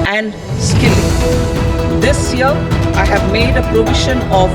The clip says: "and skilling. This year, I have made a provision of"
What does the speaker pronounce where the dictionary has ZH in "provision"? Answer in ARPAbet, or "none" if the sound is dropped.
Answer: SH